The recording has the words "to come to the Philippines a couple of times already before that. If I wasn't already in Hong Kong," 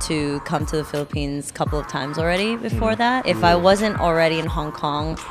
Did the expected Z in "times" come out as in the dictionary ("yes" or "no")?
yes